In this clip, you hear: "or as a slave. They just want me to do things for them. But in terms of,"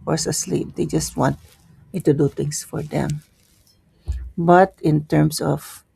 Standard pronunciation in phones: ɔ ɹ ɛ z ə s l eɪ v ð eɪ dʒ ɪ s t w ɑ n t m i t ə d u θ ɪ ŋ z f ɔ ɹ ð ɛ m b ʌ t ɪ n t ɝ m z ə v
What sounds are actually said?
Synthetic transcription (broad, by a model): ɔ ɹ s ə s l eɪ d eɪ dʒ ɪ s t w ɑ n t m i t ə d u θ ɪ ŋ s f ɔ ɹ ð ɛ m b ʌ t ɪ n t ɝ m s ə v